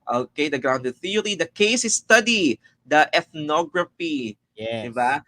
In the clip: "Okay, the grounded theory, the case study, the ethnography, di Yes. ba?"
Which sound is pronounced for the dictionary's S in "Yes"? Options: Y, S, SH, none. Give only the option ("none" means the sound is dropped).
none